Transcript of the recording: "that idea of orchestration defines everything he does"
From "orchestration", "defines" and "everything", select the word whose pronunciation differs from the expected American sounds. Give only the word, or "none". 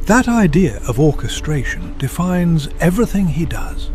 none